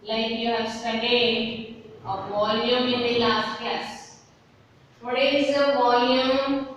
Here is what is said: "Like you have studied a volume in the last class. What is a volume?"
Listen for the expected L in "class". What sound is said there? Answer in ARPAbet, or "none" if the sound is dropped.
none